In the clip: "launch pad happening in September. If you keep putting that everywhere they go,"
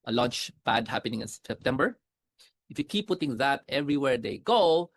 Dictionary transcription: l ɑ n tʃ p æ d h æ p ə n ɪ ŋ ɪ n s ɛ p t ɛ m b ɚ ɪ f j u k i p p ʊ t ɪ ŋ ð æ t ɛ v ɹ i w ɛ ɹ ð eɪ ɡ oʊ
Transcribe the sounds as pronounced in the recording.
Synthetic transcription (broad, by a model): l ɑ n tʃ b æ d h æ p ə n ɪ ŋ ɪ n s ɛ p t ɛ m b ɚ ɪ f j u k i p p ʊ t ɪ ŋ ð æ t ɛ v ɹ i w ɛ ɹ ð eɪ ɡ oʊ